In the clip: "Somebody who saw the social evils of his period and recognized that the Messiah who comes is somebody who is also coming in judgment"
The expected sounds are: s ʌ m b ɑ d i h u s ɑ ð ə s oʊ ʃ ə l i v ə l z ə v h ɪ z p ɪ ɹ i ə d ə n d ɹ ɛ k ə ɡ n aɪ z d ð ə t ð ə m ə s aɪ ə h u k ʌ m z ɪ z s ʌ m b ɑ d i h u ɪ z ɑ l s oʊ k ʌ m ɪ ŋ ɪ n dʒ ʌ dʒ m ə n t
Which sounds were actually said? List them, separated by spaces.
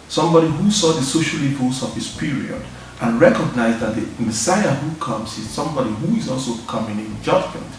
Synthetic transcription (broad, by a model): s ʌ m b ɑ d i h u s ɑ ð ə s oʊ ʃ ə l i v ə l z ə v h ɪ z p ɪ ɹ i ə d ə n ɹ ɛ k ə ɡ n aɪ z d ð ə t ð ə m ə s aɪ ə h u k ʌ m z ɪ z s ʌ m b ɑ d i h u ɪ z ɑ l s oʊ k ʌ m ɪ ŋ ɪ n dʒ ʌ dʒ m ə n t